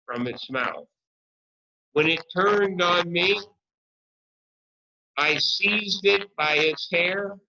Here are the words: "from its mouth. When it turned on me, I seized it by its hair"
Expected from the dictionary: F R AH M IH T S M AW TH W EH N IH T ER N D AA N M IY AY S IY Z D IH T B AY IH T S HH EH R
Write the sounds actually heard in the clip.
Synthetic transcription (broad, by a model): F R AH M IH T S M AW TH W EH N IH T ER N D N M IY AY S IY Z D IH T B AY IH T S HH EH R